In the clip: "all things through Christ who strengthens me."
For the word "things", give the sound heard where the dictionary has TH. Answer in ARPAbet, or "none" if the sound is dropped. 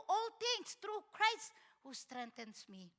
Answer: T